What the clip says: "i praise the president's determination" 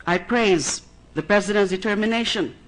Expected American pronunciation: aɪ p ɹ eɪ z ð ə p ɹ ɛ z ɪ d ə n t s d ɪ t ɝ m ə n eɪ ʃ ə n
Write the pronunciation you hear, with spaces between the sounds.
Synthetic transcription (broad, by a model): aɪ p ɹ eɪ z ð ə p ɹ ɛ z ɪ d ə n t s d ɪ t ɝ m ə n eɪ ʃ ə n